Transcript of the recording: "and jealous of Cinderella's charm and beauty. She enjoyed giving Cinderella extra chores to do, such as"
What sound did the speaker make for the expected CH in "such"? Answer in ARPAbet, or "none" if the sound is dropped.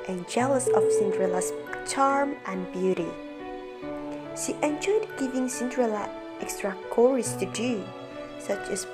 CH